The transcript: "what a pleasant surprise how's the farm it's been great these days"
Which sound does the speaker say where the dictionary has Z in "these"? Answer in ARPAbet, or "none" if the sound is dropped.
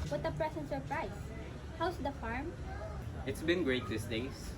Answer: S